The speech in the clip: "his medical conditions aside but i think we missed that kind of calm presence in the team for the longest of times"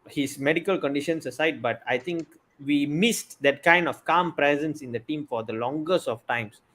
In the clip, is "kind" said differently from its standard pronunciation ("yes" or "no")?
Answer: no